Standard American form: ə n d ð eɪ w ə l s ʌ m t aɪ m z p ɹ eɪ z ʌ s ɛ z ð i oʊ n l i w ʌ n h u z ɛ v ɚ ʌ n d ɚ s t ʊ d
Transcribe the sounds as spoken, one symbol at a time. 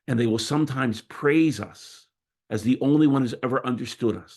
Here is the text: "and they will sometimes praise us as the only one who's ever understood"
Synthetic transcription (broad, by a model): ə n ð eɪ w ə l s ʌ m t aɪ m z p ɹ eɪ z ʌ s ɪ z ð i oʊ n l i w ʌ n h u z ɛ v ɚ ʌ n d ɚ s t ʊ d